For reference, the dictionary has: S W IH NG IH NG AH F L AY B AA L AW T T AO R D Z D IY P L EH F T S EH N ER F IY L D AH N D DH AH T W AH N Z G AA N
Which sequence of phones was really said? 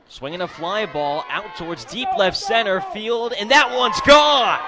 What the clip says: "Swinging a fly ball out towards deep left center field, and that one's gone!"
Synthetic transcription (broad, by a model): S W IH NG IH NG AH F L AY B AA L AW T T AO R D Z D IY P L EH F T S EH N ER F IY L D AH N DH AH T W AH N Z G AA